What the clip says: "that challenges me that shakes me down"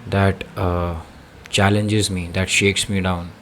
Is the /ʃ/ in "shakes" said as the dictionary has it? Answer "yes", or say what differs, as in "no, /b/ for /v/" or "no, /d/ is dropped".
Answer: yes